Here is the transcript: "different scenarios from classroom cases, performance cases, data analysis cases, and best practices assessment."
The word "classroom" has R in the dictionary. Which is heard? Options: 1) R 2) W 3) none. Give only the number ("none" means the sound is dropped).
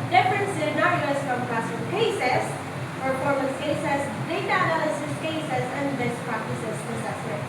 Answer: 3